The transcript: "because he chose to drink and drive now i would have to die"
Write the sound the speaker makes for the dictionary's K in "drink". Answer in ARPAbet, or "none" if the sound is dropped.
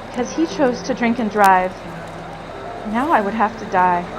K